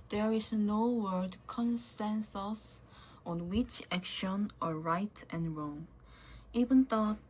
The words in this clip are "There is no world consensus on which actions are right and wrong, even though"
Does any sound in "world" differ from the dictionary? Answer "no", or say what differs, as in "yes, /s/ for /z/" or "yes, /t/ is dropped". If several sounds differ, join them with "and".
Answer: yes, /l/ is dropped